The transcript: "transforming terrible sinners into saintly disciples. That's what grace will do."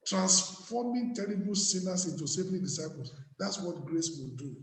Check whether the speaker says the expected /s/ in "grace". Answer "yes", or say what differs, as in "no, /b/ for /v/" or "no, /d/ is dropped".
yes